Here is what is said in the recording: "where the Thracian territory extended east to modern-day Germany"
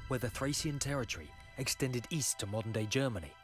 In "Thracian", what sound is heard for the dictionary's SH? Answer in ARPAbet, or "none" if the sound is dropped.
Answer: S